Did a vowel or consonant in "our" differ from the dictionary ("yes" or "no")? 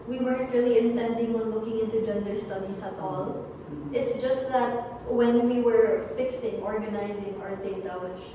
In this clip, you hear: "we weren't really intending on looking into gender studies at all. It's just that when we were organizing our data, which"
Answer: no